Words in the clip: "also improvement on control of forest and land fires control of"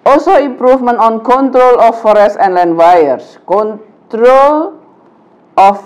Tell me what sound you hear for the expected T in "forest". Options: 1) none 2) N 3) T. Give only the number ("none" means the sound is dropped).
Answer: 1